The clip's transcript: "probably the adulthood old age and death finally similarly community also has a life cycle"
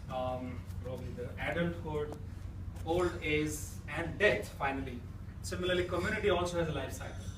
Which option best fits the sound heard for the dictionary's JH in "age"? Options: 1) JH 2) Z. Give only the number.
2